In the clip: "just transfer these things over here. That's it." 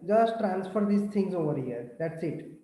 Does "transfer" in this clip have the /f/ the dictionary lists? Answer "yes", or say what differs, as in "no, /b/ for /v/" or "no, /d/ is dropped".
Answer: yes